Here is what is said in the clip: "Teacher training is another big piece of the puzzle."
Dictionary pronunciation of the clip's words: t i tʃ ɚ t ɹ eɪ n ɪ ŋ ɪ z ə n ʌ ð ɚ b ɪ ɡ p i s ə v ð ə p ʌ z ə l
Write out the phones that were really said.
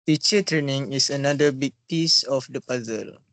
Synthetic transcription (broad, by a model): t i tʃ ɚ t ɹ eɪ n ɪ ŋ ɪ s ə n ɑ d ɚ b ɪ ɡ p i s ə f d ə p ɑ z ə l